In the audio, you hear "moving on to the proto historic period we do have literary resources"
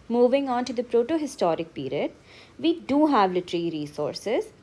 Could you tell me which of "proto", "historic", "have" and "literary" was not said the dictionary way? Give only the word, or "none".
literary